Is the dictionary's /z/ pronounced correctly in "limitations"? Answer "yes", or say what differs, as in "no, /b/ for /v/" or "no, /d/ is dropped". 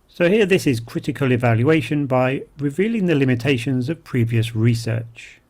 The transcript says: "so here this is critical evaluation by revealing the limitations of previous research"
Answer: yes